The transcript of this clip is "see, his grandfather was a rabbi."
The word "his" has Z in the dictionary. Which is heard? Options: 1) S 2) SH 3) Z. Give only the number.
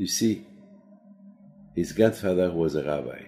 3